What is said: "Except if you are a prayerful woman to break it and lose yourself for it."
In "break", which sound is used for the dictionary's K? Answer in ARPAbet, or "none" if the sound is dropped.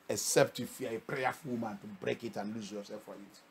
K